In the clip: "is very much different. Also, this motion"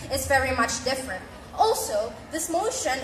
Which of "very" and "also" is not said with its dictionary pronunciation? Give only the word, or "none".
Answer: none